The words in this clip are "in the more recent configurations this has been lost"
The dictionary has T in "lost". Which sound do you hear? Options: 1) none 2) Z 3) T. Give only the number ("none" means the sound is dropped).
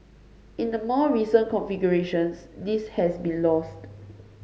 3